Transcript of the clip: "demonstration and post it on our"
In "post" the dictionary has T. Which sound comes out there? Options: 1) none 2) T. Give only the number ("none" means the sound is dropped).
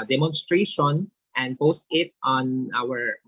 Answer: 2